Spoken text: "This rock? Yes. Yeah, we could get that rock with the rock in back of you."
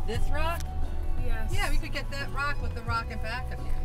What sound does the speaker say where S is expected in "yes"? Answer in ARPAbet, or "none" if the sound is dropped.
none